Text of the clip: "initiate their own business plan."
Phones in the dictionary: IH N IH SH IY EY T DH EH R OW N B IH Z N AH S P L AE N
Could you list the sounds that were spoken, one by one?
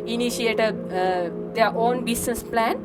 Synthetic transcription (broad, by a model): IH N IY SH IY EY T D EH R OW N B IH S N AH S P L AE N